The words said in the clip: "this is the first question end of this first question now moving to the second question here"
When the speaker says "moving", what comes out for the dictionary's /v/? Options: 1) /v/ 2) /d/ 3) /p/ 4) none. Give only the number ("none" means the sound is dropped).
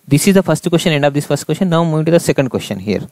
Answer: 4